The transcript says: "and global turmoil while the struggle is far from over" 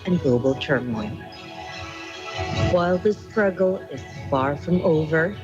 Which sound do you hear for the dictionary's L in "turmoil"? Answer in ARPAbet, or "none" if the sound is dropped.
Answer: N